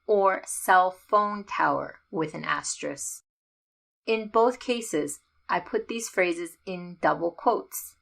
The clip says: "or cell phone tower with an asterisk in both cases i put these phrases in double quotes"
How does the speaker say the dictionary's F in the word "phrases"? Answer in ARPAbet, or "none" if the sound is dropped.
F